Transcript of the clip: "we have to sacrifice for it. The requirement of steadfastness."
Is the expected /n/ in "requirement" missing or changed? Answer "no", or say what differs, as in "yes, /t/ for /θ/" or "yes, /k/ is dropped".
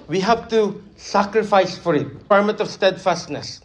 yes, /n/ is dropped